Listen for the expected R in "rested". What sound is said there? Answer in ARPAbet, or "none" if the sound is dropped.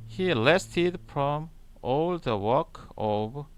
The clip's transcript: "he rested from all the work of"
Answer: L